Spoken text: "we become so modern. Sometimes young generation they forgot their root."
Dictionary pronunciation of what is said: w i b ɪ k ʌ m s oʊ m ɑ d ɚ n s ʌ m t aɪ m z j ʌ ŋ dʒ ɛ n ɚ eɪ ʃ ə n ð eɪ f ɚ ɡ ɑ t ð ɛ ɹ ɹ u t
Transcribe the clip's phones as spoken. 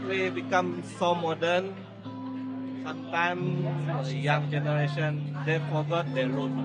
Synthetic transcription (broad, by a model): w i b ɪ k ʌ m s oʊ m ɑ d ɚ n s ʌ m t aɪ m j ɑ ŋ dʒ ɛ n ɚ eɪ ʃ ə n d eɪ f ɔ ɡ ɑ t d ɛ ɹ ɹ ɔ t